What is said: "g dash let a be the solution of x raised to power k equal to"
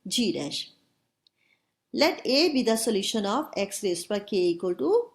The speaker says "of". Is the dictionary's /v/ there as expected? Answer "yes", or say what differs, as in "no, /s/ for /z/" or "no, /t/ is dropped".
no, /b/ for /v/